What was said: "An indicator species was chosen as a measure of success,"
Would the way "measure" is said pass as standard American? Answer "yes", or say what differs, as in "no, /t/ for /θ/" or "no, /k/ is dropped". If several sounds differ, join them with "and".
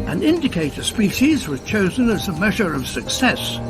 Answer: yes